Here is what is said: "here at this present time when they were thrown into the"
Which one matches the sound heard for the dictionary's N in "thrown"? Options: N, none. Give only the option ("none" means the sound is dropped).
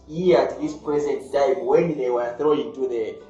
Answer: none